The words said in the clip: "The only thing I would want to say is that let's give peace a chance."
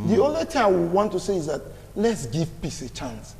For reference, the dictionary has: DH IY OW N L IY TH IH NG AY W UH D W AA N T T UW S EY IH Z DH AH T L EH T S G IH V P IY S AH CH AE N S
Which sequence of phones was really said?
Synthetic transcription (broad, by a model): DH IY OW N L IY T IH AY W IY W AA N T T UW S EY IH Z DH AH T L EH T S G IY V P IY S AH CH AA N S